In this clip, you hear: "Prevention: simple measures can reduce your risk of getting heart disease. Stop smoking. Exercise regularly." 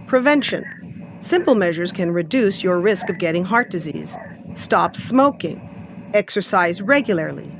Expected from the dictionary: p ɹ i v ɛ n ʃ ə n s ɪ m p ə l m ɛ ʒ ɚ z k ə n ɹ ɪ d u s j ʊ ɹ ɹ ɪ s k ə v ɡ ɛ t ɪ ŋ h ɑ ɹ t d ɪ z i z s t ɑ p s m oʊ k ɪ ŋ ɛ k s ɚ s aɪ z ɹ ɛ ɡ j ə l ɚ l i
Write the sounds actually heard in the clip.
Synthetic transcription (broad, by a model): p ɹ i v ɛ n ʃ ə n s ɪ m p l m ɛ ʒ ɚ z k ə n ɹ ɪ d u s j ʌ ɹ ɹ ɪ s k ə v ɡ ɛ t ɪ ŋ h ɑ ɹ t d ɪ z i z s t ɑ p s m oʊ k ɪ ŋ ɛ k s ɚ s aɪ z ɹ ɛ ɡ j l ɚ l i